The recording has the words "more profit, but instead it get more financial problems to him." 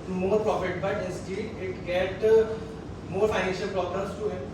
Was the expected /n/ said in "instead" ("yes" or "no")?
no